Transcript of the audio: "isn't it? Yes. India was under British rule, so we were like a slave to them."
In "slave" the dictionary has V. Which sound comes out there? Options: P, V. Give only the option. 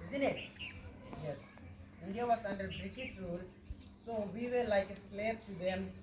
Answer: P